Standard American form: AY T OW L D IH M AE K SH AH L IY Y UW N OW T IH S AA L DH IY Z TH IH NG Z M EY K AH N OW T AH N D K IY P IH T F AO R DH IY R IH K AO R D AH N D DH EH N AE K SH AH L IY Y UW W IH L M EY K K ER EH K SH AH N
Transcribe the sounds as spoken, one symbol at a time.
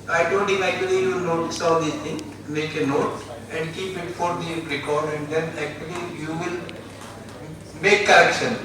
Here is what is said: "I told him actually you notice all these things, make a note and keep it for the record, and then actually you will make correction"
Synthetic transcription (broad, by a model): AY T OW D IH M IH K AH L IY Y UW N OW T IH S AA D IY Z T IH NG M EY K AH N OW T AH N D K IY P IH T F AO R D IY R IH K AO R D AH N D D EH N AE K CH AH L IY Y UW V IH L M EY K K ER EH K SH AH N